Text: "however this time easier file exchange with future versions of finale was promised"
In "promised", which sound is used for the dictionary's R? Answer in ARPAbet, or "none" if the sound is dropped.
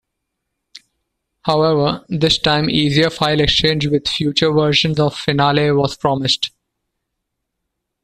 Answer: R